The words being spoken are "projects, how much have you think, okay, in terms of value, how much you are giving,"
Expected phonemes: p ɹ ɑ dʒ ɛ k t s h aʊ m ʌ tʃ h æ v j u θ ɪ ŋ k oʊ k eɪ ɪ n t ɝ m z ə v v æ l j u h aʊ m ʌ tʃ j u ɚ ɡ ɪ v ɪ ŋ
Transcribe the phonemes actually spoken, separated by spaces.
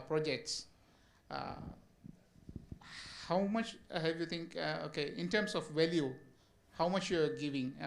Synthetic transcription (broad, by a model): p ɹ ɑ dʒ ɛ k t s h aʊ m ʌ tʃ h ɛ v j u t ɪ ŋ k oʊ k eɪ ɪ n t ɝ m s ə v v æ l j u h aʊ m ʌ tʃ j u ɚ ɡ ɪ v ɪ ŋ